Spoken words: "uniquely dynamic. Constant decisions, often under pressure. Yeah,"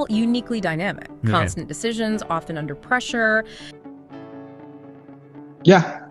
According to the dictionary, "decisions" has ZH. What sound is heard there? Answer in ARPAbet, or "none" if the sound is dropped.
ZH